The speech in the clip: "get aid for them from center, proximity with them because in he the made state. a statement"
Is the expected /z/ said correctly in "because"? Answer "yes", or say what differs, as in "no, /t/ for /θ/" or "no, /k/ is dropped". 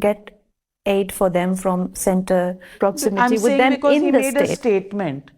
no, /z/ is dropped